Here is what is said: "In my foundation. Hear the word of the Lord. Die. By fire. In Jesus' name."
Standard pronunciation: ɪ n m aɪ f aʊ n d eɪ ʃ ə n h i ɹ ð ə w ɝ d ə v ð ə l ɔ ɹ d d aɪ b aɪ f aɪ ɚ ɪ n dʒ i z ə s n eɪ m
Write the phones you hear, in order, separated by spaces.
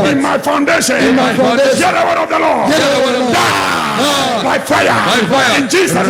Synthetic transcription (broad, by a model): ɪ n m aɪ f aʊ n d eɪ ʃ ə n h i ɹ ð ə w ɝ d ə v ð ə l ɔ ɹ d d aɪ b aɪ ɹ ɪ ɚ ɪ n dʒ i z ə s